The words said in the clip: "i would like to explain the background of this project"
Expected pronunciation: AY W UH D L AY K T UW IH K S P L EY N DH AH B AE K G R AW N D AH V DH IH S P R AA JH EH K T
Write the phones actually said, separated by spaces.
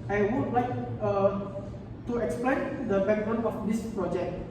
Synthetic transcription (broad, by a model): AY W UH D L AY K T UW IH K S P L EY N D AH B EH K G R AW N AH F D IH S P R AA JH EH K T